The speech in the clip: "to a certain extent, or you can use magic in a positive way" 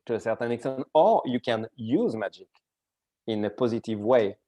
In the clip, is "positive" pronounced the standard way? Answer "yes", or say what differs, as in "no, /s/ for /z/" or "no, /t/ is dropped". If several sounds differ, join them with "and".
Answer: yes